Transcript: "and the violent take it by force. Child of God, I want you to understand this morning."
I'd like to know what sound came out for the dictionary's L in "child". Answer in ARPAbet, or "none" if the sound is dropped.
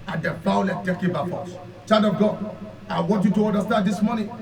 none